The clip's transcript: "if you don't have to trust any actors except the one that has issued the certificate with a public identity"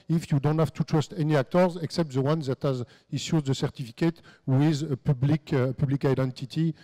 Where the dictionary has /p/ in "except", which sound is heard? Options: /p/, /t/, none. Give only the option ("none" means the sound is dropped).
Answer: /p/